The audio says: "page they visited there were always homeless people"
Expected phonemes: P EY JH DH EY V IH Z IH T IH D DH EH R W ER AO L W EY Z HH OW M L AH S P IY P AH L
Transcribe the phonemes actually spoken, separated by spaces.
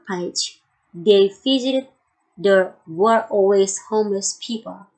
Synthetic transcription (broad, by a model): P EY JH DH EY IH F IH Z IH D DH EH R W ER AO L W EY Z HH OW M L AH S P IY P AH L